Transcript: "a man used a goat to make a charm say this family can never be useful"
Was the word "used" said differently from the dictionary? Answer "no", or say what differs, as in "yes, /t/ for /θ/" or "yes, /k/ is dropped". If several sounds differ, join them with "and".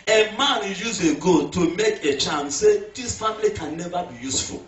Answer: yes, /d/ is dropped